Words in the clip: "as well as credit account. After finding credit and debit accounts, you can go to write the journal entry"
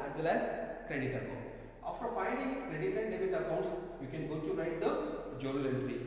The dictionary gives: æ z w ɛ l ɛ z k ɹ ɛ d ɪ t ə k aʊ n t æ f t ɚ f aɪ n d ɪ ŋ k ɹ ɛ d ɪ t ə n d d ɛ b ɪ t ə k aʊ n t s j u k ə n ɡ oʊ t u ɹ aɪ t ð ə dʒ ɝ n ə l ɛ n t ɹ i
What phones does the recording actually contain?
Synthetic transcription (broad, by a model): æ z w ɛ l ɛ z k ɹ ɛ d ɪ t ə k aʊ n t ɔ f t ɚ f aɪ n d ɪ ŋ k ɹ ɛ d ɪ t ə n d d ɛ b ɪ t ə k aʊ n t s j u k ə n ɡ oʊ t u ɹ aɪ t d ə dʒ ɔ l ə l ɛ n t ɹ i